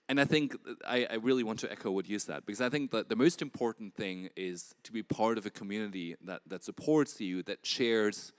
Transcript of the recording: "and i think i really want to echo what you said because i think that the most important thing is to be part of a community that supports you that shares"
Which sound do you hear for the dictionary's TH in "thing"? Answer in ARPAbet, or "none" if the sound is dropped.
TH